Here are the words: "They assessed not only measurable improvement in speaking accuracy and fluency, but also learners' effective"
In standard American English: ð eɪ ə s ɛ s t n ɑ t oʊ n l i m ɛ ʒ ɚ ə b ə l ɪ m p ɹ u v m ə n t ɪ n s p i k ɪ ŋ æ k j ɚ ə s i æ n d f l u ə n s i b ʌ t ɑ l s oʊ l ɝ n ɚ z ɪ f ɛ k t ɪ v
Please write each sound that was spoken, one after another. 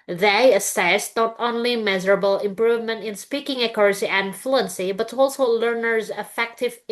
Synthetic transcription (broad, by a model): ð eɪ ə s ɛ s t n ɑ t oʊ n l i m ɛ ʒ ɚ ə b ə l ɪ m p ɹ u v m ə n t ɪ n s p i k ɪ ŋ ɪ k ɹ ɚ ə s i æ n f l u ə n s i b ʌ t ɑ l s oʊ l ɝ n ɚ z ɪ f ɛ k t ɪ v